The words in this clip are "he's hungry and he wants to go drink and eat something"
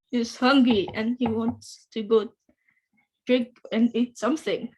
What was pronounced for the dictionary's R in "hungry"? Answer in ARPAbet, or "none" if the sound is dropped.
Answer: none